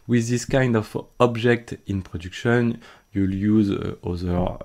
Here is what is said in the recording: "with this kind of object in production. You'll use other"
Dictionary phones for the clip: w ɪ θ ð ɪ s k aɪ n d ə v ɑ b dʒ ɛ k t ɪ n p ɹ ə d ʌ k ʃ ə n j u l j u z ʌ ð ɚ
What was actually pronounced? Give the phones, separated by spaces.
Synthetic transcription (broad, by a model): w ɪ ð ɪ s k aɪ n d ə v ɑ b dʒ ɛ k t ɪ n p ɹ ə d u k ʃ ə n j u l j u z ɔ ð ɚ